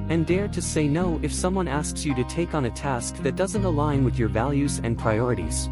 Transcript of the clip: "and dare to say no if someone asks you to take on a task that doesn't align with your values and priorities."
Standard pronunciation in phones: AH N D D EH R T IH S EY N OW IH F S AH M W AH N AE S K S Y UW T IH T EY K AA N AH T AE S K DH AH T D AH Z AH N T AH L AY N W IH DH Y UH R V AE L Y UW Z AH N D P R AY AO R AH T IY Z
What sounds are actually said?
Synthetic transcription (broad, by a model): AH N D D EH R T IH S EY N OW IH F S AH M W AH N AE S K S Y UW T IH T EY K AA N AH T AE S K DH AH T D AH Z AH N T AH L AY N W IH DH Y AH R V AE L Y UW Z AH N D P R AY AO R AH T IY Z